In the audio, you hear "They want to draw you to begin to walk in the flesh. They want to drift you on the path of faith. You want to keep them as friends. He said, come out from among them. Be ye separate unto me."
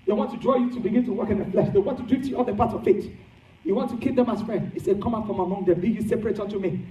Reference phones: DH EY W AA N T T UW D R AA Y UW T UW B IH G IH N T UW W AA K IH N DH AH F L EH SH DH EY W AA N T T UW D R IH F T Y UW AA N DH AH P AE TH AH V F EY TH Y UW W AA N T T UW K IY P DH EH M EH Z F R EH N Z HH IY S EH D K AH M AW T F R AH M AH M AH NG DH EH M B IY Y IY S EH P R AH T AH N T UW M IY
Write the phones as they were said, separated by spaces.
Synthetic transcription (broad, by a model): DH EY W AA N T T UW D R AA Y UW T UW B IH G IH N T UW W AA K IH N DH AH F L EH SH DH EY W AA N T T UW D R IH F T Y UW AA L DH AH P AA S AH V F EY T Y UW W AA N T T UW K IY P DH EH M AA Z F R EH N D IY S EH D K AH M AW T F R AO M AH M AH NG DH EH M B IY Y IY S EH P R AH T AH N T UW M IY